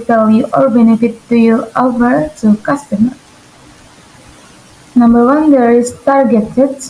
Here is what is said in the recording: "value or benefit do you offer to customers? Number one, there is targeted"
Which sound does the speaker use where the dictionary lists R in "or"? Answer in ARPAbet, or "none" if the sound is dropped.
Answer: L